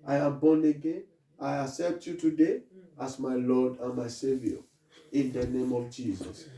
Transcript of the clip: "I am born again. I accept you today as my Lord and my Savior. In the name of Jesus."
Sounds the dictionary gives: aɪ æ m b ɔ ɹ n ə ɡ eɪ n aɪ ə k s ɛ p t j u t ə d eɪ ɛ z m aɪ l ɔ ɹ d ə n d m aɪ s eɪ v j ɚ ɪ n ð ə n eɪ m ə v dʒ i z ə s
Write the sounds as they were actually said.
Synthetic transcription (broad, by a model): aɪ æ m b ɔ n ə ɡ eɪ n aɪ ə s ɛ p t j u t ə d eɪ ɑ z m aɪ l ɔ d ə n m aɪ s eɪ v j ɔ ɪ n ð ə n eɪ m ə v dʒ i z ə s